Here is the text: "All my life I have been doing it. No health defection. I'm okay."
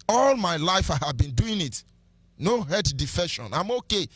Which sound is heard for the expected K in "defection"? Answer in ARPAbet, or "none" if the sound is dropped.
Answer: none